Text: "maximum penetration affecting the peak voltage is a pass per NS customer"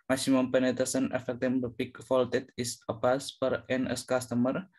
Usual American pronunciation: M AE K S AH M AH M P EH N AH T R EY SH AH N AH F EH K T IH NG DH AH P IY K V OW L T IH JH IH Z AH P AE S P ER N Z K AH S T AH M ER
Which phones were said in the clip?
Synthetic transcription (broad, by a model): M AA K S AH M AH M P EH N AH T EY S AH N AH F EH K T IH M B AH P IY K F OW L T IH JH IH S AH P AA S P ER N S K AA S T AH M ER